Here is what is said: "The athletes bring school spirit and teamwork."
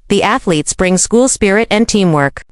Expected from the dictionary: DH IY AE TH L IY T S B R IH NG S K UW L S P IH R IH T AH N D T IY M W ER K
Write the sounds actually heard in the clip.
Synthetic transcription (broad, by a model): DH IY AE TH L IY T S B R IH NG S K UW L S P IH R IH T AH N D T IY M W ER K